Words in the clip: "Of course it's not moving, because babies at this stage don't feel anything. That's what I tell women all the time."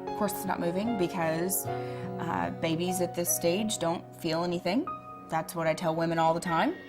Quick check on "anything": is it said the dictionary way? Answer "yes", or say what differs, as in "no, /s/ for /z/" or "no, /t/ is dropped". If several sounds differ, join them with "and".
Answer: yes